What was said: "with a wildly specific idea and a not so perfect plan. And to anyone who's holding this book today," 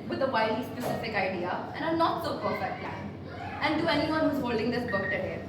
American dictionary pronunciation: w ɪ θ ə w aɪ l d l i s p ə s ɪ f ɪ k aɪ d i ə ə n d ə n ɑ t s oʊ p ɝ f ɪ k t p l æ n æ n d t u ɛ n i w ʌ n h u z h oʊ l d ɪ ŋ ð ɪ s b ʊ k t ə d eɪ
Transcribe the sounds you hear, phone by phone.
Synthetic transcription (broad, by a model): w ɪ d ə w aɪ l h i s p ə s ɪ f ɪ k aɪ d i ə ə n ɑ ə n ɑ t s oʊ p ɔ ɪ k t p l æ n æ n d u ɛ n i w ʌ n h u z h oʊ l d ɪ ŋ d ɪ s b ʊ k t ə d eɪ